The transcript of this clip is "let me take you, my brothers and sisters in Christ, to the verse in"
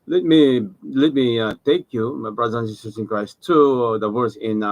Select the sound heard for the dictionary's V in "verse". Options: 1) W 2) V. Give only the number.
1